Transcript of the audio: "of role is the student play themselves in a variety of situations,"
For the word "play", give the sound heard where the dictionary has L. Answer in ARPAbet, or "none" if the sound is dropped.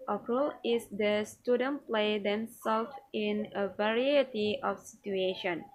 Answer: L